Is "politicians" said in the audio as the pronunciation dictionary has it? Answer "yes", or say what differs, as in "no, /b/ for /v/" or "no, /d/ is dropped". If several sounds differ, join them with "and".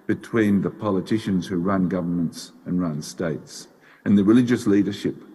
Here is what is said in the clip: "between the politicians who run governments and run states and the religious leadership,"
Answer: yes